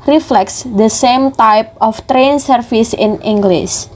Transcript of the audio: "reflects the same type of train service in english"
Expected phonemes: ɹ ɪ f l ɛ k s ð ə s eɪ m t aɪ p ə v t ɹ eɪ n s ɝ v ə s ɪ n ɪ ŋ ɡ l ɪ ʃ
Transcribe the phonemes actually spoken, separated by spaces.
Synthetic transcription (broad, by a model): ɹ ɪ f l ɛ k s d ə s eɪ m t aɪ p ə f t ɹ eɪ n s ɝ f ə s ɪ n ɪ ŋ ɡ l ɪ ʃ